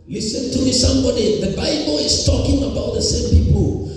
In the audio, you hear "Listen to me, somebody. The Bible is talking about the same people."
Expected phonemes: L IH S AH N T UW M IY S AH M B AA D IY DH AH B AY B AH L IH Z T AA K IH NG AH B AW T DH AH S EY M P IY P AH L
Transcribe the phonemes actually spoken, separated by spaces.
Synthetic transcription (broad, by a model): L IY S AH N T UW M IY S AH M B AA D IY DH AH B AY B AH L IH S T AA K IH NG AH B AW T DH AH S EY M P IY P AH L